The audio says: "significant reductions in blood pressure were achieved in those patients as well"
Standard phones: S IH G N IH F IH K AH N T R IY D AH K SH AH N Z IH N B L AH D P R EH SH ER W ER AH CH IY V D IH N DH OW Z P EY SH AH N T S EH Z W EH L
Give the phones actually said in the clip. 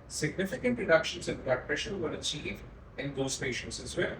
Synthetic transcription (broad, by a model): S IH G N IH F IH K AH N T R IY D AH K SH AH N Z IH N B AH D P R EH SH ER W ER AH CH IY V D IH N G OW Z P EY SH AH N T S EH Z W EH